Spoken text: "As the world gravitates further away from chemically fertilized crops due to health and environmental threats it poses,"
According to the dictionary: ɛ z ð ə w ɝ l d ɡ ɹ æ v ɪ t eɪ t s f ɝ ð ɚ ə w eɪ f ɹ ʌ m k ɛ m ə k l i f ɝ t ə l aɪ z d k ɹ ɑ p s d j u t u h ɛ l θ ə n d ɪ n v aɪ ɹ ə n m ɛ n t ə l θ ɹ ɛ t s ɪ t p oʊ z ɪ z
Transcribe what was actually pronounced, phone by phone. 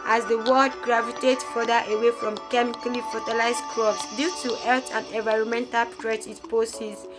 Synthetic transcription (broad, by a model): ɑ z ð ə w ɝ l d ɡ ɹ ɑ v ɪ t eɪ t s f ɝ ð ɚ ə w eɪ f ɹ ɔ m k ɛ m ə k l i f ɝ t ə l aɪ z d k ɹ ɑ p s d j u t u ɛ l t ə n d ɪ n v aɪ ɹ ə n m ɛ n t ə l t ɹ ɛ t ɪ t p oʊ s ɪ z